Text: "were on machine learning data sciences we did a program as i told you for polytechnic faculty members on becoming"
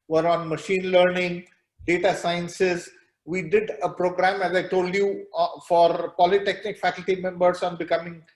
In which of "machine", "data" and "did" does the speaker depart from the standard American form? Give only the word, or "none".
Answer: none